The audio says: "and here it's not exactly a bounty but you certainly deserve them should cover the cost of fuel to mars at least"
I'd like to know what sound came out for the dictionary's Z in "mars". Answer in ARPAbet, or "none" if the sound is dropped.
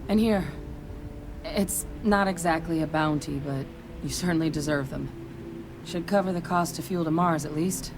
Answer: Z